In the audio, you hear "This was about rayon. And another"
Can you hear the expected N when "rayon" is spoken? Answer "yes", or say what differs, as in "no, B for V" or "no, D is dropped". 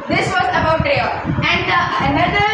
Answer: no, N is dropped